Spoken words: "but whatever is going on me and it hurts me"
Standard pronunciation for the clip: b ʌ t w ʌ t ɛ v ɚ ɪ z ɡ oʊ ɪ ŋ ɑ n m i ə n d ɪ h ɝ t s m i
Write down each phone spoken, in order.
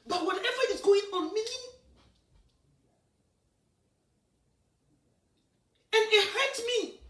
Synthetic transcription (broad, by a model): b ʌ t w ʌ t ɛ v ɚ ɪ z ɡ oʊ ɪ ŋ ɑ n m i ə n ɪ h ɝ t m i